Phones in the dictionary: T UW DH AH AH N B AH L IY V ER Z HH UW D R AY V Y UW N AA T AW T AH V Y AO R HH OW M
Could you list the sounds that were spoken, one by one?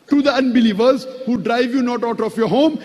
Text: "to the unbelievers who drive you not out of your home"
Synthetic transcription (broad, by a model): T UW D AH AH N B AH L IY V ER Z HH UW D R AY V Y UW N AA T AW T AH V Y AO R HH OW M